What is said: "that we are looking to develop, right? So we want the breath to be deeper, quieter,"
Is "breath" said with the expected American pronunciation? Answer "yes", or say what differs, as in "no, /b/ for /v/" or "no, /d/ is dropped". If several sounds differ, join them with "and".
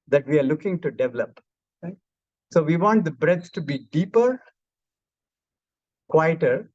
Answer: no, /s/ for /θ/